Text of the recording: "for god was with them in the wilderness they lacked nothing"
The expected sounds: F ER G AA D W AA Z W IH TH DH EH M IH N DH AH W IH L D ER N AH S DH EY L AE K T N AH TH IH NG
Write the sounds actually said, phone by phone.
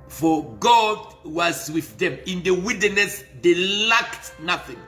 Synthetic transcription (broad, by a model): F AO G AA D W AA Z W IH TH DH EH M IH N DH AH W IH D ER N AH S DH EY L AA K T N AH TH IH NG